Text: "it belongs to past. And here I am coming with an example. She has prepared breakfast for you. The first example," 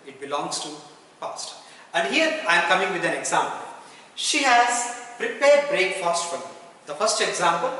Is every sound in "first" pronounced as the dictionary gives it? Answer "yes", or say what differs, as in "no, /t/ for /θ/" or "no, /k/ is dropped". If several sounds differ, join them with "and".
yes